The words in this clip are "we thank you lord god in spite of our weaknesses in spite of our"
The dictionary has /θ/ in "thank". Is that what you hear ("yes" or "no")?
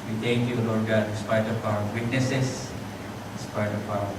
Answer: no